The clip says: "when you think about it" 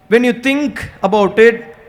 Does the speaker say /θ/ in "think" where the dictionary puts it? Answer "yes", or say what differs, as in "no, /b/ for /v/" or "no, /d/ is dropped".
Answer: no, /t/ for /θ/